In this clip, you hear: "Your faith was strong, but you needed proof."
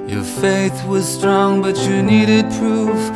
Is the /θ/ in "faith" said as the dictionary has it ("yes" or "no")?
yes